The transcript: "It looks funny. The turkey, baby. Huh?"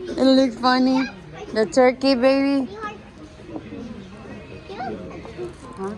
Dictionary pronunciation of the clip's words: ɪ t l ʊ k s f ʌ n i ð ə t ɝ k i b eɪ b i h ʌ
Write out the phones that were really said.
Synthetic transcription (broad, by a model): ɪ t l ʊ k f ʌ n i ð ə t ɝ k i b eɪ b i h